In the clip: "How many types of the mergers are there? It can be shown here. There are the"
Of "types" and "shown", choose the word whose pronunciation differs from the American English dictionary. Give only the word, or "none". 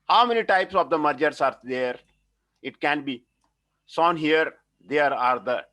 shown